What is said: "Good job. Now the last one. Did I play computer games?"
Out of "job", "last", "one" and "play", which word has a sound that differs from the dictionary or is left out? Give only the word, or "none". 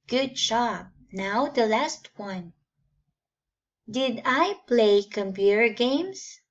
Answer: job